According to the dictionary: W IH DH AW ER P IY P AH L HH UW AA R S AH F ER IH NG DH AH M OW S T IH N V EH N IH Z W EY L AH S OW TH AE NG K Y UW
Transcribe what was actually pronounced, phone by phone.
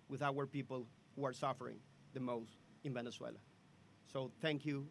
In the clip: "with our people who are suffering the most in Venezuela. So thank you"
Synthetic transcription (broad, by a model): W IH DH AW ER P IY P AH L HH UW AA R S AH F ER IH NG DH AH M OW S T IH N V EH N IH S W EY L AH S OW TH AE NG K Y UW